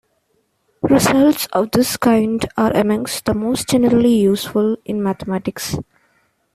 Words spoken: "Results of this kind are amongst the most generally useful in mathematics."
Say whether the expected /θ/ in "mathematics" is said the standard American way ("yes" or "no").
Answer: no